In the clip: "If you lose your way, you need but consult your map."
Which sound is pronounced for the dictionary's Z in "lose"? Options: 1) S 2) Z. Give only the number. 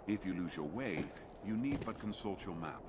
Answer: 2